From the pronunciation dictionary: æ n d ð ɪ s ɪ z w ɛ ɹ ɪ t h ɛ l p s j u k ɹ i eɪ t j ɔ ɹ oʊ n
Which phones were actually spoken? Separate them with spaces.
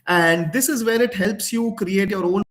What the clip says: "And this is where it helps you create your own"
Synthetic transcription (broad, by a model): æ n d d ɪ s ɪ z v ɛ ɹ ɪ t h ɛ l p s j u k ɹ i eɪ t j ɔ ɹ oʊ n